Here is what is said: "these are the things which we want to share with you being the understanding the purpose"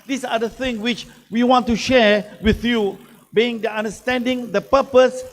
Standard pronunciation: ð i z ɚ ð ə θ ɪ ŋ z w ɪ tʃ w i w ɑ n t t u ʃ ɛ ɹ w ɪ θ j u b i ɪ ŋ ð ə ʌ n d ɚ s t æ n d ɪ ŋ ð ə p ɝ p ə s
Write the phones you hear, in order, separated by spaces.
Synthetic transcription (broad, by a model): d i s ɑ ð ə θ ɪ ŋ w ɪ tʃ w i w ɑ n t t u ʃ ɛ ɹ w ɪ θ j u b i ɪ ŋ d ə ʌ n d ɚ s t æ n d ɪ ŋ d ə p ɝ p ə s